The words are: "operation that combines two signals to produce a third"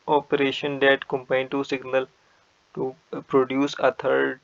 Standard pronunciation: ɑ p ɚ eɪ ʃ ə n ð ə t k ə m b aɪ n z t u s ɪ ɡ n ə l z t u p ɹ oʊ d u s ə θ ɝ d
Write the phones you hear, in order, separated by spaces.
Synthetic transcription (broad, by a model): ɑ p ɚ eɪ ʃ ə n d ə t k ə m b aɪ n t u s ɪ ɡ n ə l t u p ɹ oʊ d u s ə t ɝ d